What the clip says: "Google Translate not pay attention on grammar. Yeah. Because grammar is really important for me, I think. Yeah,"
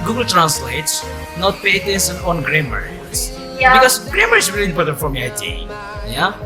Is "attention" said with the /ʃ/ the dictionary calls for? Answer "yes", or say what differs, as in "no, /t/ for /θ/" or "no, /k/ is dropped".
no, /s/ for /ʃ/